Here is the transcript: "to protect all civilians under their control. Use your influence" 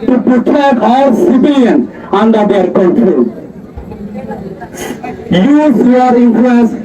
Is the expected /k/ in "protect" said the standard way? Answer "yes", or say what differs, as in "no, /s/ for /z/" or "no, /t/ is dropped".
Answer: no, /k/ is dropped